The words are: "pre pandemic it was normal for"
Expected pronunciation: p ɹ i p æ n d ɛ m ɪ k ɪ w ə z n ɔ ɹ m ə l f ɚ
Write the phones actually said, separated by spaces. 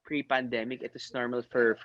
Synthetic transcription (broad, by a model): p ɹ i p æ n d ɛ m ɪ k ɪ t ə s n ɔ ɹ m ə l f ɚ